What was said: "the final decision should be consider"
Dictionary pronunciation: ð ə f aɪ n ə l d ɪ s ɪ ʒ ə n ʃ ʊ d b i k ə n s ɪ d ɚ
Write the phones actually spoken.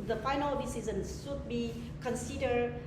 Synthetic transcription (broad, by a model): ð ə f aɪ n ə l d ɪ s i z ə n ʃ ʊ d b i k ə n s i d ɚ